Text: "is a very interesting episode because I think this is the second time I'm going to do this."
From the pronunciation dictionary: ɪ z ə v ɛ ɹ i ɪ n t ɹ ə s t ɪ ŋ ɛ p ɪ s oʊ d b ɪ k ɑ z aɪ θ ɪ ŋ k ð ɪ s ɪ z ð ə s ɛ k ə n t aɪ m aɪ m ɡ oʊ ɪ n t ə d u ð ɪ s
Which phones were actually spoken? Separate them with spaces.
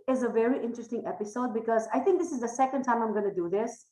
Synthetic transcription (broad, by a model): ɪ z ə v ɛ ɹ i ɪ n t ɹ ə s t ɪ ŋ ɛ p ɪ s oʊ d b ɪ k ɑ z aɪ t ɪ ŋ k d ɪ s ɪ z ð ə s ɛ k ə n t aɪ m aɪ m ɡ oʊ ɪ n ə d u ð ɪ s